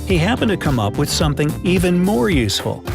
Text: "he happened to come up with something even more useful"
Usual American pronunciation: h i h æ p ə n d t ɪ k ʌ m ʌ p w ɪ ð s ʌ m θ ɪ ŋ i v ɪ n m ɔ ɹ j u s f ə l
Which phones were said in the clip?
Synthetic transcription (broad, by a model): h i h æ p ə n t ɪ k ʌ m ʌ p w ɪ ð s ʌ m θ ɪ ŋ i v ɪ n m ɔ ɹ j u s f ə l